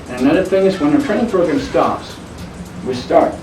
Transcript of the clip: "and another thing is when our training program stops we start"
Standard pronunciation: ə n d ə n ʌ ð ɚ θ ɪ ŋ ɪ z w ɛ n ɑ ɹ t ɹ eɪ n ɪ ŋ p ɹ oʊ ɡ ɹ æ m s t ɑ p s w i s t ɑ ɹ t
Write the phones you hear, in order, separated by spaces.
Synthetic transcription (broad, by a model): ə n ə n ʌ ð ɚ θ ɪ ŋ ɪ z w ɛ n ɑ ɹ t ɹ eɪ ɪ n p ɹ oʊ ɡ ɹ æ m s t ɑ p s w i s t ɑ ɹ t